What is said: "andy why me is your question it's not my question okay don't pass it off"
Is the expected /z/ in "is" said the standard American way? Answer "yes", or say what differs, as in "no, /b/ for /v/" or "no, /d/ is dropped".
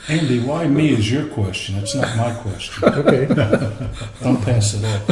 yes